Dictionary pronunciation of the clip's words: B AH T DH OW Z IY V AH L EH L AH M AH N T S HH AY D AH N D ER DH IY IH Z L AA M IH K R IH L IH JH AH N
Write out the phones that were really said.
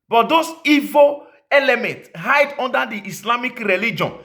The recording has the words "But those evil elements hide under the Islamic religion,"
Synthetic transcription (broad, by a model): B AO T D OW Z IY V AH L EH L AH M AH N T HH AY D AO N D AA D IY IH S L AA M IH K R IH L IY JH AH N